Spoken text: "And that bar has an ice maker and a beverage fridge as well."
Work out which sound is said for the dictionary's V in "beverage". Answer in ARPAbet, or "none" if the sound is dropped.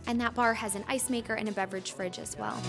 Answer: V